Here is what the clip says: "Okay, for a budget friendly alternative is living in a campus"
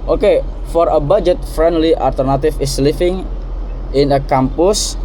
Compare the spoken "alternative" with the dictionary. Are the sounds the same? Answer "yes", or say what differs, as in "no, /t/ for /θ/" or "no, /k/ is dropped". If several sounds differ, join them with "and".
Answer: no, /f/ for /v/